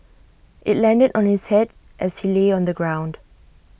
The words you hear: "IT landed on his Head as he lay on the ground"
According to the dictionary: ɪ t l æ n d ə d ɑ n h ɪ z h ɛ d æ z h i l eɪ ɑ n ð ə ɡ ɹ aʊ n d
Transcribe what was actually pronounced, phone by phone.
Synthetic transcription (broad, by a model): ɪ t l æ n d ə d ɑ n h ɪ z h ɛ d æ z h i l eɪ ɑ n ð ə ɡ ɹ aʊ n d